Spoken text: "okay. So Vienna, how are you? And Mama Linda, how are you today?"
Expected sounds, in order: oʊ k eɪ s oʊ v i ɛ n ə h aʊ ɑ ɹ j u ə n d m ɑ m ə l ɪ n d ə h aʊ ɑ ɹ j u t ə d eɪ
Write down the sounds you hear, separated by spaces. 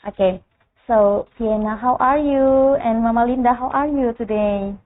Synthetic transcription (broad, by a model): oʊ k eɪ s oʊ p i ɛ n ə h aʊ ɑ ɹ j u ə n m ɑ m ə l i n d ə h aʊ ɑ ɹ j u t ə d eɪ